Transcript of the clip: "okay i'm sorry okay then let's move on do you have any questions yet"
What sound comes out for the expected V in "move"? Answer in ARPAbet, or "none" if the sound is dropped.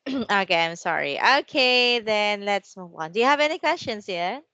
W